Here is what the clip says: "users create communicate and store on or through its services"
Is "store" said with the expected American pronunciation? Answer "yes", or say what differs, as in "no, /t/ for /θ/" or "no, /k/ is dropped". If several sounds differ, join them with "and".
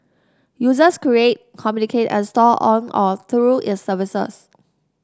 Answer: no, /l/ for /ɹ/